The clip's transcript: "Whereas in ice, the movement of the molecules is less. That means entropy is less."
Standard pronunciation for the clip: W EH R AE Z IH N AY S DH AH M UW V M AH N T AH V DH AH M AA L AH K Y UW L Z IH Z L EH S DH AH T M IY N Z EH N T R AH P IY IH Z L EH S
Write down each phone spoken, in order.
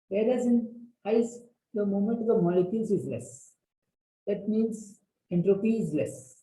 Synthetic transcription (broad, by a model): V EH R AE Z IH N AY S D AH M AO M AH N T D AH M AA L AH K Y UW L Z IH Z L EH S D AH T M IY N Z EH N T R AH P IY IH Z L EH S